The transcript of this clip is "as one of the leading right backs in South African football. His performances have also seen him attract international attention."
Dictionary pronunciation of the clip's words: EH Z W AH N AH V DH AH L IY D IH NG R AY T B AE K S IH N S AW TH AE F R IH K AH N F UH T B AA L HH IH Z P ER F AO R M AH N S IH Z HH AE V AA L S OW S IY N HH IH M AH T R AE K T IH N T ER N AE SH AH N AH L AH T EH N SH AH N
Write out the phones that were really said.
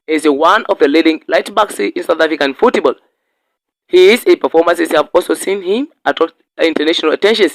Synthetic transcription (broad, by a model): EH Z W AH N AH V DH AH L IY D IH NG L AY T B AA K S IH N S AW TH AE F R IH K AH N F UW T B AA L HH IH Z P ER F AO R M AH N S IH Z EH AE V AA L S OW S IY N HH IH M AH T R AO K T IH N T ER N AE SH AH N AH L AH T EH N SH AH N